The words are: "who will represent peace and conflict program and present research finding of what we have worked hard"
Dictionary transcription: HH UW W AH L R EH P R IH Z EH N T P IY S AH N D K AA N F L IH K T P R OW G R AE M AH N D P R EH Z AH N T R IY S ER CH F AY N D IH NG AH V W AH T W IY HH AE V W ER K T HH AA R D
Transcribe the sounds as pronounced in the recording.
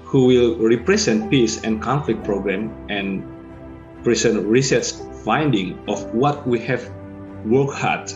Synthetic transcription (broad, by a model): HH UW W AH L R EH P R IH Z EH N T P IY S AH N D K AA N F L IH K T P R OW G R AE M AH N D P R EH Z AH N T R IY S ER S F AY N D IH NG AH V W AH T W IY HH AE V W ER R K HH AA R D